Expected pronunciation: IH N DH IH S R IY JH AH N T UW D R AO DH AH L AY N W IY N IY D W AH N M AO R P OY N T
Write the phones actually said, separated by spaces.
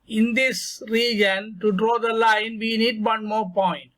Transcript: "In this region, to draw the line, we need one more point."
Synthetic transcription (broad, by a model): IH N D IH S R IY JH AH N T UW D R AO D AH L AY N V IY N IY D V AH N M AO R P OY N T